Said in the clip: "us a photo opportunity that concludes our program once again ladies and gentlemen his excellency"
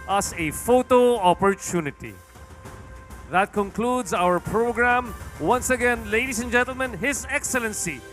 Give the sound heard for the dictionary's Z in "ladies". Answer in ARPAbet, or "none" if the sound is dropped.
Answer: S